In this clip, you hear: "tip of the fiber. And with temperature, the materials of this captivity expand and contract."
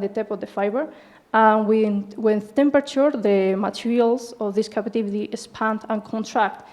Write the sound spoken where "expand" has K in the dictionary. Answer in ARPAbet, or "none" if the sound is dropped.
none